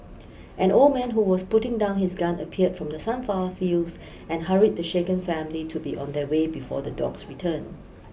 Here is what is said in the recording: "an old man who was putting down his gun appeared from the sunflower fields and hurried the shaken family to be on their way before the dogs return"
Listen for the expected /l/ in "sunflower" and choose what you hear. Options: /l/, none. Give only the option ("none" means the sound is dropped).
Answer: none